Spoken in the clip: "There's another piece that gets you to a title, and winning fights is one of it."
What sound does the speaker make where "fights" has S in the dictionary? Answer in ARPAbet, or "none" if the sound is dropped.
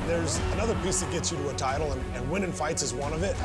S